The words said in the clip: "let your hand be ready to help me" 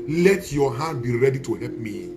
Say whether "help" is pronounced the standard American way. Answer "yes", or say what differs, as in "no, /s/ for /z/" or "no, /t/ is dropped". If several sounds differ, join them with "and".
no, /l/ is dropped